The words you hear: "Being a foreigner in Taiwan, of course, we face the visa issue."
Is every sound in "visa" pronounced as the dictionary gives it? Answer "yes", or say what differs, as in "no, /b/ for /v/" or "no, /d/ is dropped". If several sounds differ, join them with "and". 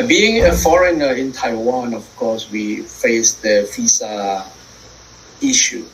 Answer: no, /f/ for /v/